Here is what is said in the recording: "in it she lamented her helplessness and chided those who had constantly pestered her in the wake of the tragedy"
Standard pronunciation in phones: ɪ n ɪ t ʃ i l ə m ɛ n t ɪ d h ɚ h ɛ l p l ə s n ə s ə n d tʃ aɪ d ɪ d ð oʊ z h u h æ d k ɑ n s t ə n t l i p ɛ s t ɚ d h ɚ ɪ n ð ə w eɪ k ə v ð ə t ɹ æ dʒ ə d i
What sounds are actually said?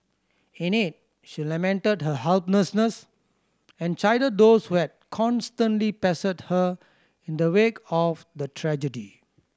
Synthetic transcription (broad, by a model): ɪ n ɪ t ʃ i l ə m ɛ n t ɪ d h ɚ h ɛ l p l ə s n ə s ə n tʃ aɪ d ɪ d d oʊ s h u h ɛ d k ɑ n s t ə n t l i p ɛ s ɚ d h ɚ ɪ n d ə w eɪ k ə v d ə t ɹ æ dʒ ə d i